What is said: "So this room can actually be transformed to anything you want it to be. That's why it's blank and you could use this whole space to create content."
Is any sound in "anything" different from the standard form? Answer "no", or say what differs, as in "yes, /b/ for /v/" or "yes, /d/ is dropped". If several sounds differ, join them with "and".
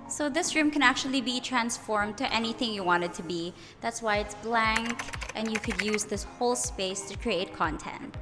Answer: no